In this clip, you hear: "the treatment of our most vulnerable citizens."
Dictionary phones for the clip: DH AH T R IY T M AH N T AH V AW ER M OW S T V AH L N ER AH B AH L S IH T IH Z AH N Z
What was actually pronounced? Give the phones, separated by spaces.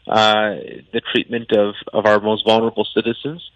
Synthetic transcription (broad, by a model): DH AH T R IY T M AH N T AH V AW ER M OW S T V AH L N ER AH B L S IH T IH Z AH N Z